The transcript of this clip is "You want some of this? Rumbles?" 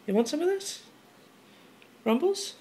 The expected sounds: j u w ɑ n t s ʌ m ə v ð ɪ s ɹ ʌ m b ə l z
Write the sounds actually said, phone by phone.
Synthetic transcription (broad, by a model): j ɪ w ɑ n t s ʌ m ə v ð ɪ s ɹ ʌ m b l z